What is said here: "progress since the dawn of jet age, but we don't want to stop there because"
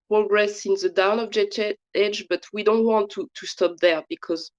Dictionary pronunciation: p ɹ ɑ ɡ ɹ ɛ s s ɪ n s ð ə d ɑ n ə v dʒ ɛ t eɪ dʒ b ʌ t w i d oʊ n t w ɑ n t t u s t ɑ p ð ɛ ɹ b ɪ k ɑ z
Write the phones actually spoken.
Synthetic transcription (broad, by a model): p ɹ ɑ ɡ ɹ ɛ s s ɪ n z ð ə d ɑ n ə b dʒ ɛ t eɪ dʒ b ʌ t w i d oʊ n t w ɑ n t t u s t ɑ p ð ɛ ɹ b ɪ k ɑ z